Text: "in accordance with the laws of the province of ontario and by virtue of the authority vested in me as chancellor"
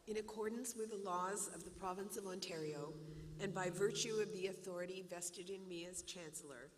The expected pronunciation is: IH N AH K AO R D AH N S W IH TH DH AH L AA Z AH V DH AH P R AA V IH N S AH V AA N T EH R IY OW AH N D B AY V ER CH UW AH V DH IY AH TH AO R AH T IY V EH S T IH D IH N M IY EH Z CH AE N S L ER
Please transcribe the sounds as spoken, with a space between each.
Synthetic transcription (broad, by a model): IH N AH K AO R D N S W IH DH AH L AA Z AH V DH AH P R AA V IH N S AH V AA N T EH R IY OW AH N B AY V ER CH UW AH V DH IY AH TH AO R AH T IY V EH S T IH D IH N M IY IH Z CH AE N S L ER